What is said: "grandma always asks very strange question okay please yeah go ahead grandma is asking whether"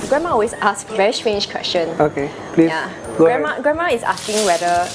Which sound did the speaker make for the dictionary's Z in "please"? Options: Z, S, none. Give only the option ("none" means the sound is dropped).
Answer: none